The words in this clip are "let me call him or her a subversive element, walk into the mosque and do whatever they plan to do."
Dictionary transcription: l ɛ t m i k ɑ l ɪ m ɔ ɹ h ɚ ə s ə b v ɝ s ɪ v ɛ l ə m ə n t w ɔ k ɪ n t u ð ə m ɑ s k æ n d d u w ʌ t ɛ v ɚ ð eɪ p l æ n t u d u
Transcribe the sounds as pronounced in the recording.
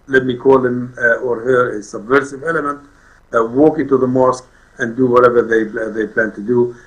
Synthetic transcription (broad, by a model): l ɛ t m i k ɑ l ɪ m ɔ ɹ h ɚ ə s ə b v ɝ s ɪ v ɛ l ə m ə n t w ɔ k ɪ n t u ð ə m ɑ s k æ n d d u w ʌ t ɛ v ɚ ð eɪ p l æ n t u d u